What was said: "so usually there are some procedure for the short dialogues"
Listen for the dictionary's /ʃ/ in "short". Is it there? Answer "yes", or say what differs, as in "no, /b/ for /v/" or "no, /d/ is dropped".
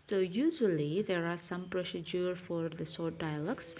no, /s/ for /ʃ/